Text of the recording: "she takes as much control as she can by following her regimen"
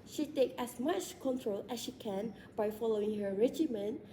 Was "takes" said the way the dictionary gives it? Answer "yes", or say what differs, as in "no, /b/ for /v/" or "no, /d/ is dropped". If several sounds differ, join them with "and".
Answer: no, /s/ is dropped